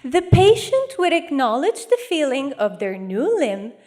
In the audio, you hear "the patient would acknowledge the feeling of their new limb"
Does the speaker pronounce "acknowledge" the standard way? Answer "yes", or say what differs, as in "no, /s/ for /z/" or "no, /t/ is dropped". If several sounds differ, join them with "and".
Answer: yes